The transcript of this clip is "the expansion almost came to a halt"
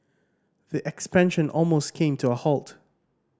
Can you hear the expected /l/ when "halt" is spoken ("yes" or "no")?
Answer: yes